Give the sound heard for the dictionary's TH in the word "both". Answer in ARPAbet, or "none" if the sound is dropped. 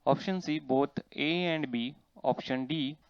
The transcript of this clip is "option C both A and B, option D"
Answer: T